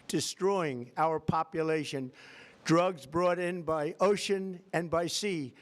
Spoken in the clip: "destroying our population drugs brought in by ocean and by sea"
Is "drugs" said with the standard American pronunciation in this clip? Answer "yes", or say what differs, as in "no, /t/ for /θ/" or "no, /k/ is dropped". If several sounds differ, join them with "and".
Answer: yes